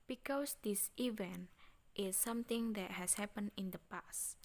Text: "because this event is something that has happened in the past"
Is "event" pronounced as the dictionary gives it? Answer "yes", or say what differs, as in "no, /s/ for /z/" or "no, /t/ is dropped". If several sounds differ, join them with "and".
yes